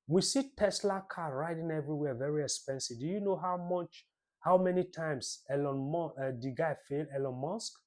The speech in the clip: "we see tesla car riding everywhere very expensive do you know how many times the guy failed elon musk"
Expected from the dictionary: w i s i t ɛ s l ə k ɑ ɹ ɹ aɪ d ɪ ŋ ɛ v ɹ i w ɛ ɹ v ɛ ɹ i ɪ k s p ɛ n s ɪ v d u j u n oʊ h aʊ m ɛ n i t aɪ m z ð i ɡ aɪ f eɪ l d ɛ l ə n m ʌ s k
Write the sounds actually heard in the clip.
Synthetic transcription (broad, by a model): w i s i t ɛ s l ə k ɑ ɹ ɹ aɪ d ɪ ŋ ɛ v ɹ i w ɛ v ɛ ɹ i ɪ k s p ɛ n s ɪ v d u j u n oʊ h aʊ m ɛ n i t aɪ m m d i ɡ aɪ f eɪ l ɛ l ə n m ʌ s k